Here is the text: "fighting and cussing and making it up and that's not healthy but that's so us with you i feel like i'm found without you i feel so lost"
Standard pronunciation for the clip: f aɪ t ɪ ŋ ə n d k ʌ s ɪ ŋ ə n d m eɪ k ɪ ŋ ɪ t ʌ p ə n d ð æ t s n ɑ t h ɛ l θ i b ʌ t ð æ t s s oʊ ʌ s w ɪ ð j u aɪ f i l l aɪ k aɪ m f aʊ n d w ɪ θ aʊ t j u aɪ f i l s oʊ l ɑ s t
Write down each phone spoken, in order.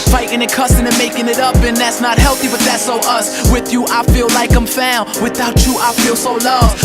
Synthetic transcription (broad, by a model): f aɪ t ɪ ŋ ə k ʌ s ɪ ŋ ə n m eɪ k ɪ ŋ ɪ t ʌ p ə n ð æ t s n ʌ t h ɛ l θ i b ʌ t ð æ t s s oʊ ʌ s w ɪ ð j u aɪ f i l l aɪ k aɪ m f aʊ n w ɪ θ aʊ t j aɪ f i l s oʊ l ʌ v